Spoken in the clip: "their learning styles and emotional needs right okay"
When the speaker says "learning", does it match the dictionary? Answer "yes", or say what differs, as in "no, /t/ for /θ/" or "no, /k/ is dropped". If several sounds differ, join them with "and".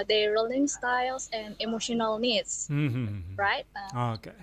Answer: no, /l/ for /n/